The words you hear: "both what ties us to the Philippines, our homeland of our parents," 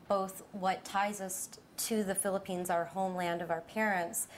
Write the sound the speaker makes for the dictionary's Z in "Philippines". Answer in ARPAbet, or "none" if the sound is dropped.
Z